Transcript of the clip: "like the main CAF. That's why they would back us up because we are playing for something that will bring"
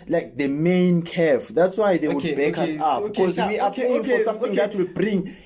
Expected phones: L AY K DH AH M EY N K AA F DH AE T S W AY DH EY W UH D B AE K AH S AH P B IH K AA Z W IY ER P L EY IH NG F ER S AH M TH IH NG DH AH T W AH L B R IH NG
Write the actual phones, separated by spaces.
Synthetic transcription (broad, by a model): L AY K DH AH M EY N K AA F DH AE T S W AY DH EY W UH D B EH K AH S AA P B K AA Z W IY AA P EY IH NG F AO S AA M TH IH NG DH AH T W AH L B R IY NG